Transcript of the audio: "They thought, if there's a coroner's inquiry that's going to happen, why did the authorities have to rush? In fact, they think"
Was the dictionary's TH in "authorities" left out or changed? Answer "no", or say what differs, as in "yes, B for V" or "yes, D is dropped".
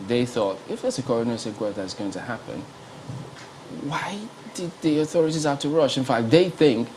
no